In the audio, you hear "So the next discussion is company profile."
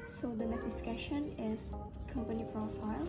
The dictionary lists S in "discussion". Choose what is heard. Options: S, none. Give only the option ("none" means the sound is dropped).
S